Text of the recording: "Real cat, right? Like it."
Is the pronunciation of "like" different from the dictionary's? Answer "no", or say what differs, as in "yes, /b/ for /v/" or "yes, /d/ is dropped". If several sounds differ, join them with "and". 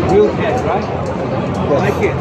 yes, /w/ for /l/